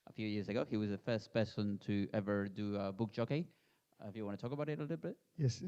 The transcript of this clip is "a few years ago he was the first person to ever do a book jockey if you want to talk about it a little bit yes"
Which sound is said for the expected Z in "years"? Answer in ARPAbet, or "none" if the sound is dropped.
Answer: Z